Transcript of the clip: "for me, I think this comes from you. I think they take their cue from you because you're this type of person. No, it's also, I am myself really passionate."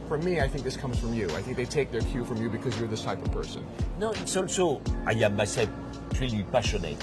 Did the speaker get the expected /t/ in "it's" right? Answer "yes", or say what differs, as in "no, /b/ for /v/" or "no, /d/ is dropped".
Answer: yes